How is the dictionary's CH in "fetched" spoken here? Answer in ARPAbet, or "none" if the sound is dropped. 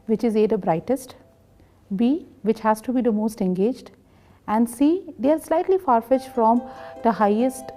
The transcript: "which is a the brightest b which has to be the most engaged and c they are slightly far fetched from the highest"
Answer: SH